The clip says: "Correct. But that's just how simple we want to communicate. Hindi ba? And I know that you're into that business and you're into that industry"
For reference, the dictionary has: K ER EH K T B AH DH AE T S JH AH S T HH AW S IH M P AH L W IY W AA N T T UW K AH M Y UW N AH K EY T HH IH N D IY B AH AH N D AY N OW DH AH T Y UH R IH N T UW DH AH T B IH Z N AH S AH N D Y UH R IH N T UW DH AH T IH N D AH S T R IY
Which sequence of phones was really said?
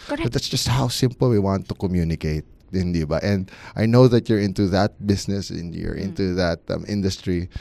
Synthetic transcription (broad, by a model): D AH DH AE T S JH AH S T HH AW S IH M P AH L W IY W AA N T T UW K AH M Y UW N AH K EY T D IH N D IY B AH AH N D AY N OW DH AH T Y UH R IH N T UW DH AH T B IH S N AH S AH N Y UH R IH N T UW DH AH T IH N D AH S T R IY